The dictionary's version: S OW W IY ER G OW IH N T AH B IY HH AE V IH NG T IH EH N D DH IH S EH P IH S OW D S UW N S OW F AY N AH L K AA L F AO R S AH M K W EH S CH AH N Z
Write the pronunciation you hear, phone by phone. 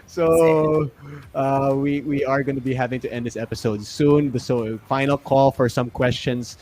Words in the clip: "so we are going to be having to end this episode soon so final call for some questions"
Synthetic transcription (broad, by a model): S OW W IY ER G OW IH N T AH B IY HH AE V IH NG T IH EH N D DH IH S EH P IH S OW D S UW N S OW F AY N AH L K AA L F AO R S AH M K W EH S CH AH N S